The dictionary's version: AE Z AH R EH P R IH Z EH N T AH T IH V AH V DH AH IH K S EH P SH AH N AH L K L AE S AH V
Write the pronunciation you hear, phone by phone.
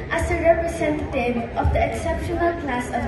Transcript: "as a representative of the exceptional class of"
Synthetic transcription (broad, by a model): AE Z AH R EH P R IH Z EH N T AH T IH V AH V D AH IH K S EH P SH AH N AH L K L AE S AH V